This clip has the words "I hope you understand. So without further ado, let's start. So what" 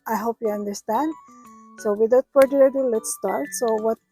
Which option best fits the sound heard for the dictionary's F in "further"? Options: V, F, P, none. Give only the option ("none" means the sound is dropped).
P